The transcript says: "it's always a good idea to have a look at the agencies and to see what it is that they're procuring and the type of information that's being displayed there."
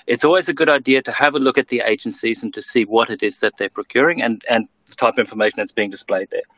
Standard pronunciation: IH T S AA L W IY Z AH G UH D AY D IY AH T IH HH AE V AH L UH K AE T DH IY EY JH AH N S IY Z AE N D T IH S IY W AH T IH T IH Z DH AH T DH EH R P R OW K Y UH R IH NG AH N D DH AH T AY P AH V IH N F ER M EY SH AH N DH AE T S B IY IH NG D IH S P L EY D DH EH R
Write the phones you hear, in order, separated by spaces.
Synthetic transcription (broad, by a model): IH T S AA L W IY Z AH G UH D AY D IY AH T IH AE V AH L UH K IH T DH IY EY JH AH N S IY Z N T IH S IY W AH T IH T IH Z DH AH T DH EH R P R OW K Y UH R IH NG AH N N DH AH T AY P AH V IH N F ER M EY SH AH N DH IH T S B IY IH NG D IH S P L EY D DH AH R